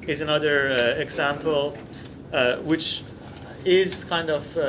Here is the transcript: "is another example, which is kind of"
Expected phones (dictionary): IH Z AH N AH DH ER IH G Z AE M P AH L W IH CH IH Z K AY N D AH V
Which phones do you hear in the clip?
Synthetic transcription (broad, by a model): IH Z AH N AH DH ER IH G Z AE M P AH L W IH CH IH Z K AY N D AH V